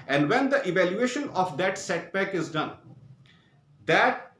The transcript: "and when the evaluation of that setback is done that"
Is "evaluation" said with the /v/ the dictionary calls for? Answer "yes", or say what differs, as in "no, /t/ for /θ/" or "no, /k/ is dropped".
yes